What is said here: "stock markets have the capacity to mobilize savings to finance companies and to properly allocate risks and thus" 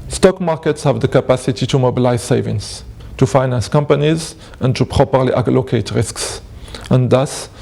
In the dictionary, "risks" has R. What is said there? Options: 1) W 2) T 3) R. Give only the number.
3